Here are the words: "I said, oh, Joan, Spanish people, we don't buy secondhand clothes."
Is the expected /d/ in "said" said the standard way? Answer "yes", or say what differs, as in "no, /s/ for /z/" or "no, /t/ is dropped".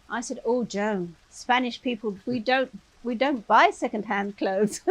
yes